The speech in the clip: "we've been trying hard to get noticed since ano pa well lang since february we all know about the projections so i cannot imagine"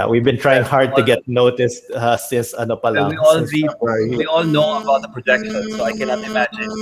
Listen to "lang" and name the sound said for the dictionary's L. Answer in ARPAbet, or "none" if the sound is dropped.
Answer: W